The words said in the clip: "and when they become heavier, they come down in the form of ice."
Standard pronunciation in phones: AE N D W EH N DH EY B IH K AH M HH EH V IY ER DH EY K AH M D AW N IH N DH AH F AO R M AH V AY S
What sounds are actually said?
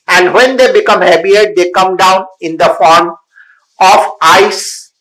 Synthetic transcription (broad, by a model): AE N D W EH N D EY B IH K AH M HH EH B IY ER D EY K AH M D AW N IH N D AH F AO R M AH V AY S